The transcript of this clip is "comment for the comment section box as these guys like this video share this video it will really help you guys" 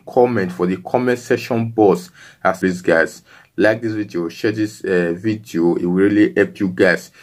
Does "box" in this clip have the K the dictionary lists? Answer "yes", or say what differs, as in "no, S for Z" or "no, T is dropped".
no, K is dropped